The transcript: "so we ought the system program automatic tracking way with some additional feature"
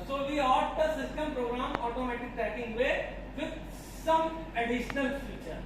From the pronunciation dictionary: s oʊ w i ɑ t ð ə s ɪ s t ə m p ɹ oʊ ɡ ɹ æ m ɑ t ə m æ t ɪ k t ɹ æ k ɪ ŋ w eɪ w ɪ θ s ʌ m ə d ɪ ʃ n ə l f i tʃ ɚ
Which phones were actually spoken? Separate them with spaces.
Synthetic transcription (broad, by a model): s oʊ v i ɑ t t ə s ɪ s t ə m p ɹ oʊ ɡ ɹ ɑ m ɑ t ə m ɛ t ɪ k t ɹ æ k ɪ ŋ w eɪ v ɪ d s ʌ m ə d ɪ ʃ n ə l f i tʃ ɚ